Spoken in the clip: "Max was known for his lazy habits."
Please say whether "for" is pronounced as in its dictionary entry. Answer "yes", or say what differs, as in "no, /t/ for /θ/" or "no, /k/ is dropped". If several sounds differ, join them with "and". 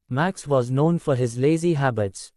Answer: yes